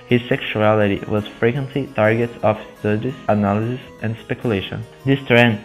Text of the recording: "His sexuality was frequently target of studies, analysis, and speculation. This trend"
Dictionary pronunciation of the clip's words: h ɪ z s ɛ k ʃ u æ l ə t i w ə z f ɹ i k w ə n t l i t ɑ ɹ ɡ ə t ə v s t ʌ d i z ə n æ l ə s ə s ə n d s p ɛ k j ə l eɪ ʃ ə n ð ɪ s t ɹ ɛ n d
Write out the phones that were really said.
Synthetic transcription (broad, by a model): h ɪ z s ɛ k ʃ u æ l ə t i w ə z f ɹ i k w ə n t l i t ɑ ɹ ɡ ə t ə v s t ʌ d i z ə n æ l ə s ə s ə n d s p ɛ k j ə l eɪ ʃ ə n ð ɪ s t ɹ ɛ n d